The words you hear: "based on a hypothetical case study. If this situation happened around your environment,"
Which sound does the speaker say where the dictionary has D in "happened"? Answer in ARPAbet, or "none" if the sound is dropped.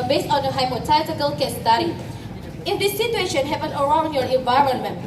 none